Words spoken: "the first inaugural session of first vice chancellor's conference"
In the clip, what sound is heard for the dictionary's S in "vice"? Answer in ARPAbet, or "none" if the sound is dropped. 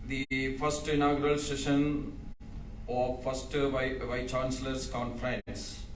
none